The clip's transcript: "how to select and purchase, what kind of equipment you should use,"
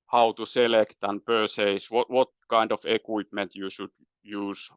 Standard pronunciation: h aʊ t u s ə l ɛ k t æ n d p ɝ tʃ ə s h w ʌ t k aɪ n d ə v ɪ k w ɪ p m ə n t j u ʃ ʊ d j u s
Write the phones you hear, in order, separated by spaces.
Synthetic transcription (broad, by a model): h aʊ t u s ə l ɛ k t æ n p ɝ s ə s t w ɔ t k aɪ n d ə f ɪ k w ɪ p m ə n t j u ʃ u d j u s